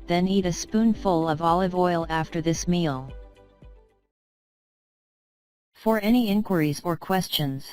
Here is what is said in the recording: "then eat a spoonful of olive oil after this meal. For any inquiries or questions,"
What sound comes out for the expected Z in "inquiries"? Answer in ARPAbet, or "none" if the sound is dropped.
Z